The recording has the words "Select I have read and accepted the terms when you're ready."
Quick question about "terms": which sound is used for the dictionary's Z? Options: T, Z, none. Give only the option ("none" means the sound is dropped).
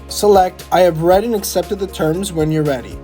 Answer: Z